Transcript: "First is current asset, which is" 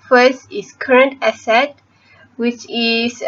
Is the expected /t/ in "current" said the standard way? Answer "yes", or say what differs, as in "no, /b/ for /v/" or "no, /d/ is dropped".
yes